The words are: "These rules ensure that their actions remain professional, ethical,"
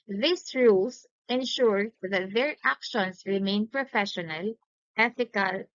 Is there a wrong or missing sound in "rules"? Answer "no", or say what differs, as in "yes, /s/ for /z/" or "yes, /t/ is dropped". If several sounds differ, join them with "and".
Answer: yes, /s/ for /z/